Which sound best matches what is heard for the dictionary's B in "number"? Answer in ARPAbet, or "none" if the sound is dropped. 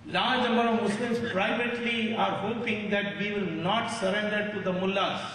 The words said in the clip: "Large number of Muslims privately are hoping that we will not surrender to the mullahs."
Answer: none